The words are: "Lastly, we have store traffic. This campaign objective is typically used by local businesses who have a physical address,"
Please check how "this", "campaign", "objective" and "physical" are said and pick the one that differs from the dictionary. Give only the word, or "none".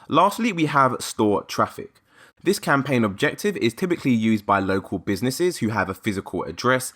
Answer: none